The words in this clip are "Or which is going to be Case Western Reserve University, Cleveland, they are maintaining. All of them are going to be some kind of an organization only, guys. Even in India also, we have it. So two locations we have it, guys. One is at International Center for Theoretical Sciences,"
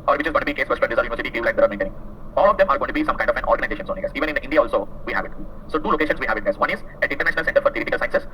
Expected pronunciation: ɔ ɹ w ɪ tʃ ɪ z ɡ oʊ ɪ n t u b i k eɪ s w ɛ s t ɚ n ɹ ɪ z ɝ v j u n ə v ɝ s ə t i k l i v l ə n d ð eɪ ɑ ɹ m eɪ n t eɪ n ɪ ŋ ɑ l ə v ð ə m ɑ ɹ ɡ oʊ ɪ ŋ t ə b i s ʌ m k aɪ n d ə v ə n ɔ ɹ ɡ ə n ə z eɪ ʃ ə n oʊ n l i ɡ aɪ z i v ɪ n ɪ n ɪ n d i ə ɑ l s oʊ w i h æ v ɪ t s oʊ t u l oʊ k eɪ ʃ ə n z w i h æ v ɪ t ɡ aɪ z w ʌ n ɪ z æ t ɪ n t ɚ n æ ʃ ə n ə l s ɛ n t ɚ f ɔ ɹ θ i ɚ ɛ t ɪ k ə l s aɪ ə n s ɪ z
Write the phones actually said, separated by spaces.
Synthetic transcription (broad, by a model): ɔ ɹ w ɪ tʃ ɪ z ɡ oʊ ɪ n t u b i k eɪ s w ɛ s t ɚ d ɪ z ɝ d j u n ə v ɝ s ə t i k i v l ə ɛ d ɑ ɹ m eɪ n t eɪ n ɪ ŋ ɑ l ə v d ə m ɑ ɹ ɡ oʊ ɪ t ə b i s ʌ m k aɪ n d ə f ə n ɔ ɹ ɡ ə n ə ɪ eɪ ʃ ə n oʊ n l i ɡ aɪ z i v ɪ n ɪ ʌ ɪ n d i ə ɑ l s oʊ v i h æ v ɪ t s oʊ t u l oʊ k eɪ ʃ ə n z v i h æ v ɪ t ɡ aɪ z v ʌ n ɪ z æ t ɪ n t ɚ n æ ʃ ə n ə l s ɛ n t ɚ f ɔ ɹ t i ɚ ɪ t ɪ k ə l s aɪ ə n s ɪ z